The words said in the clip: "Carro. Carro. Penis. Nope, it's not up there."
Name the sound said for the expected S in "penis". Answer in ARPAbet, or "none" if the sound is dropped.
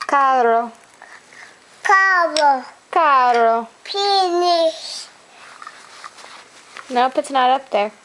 SH